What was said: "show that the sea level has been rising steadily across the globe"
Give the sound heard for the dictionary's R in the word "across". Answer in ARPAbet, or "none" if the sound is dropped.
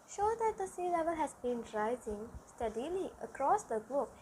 R